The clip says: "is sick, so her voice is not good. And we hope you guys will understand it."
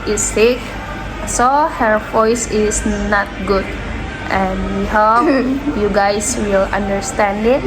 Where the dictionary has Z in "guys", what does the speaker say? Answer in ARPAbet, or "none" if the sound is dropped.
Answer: S